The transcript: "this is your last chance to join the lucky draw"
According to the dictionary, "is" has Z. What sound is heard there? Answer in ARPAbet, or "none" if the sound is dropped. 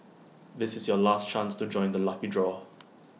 Z